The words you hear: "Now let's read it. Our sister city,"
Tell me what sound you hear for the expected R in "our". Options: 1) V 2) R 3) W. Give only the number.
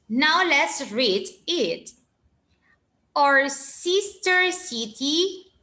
2